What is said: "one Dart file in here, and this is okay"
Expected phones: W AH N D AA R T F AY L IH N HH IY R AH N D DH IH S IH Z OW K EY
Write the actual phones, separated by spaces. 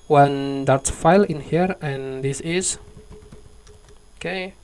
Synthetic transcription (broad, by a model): W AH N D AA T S F AY L IH N HH IY R AH N D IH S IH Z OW K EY